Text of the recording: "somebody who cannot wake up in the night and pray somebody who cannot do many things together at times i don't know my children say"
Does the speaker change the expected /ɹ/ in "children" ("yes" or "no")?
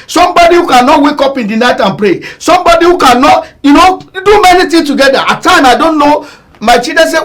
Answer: yes